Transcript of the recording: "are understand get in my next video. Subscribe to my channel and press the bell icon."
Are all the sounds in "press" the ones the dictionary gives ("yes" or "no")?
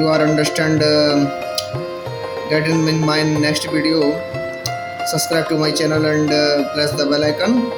no